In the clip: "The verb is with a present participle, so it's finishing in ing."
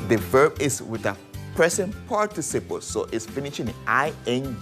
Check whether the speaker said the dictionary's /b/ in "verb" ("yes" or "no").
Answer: yes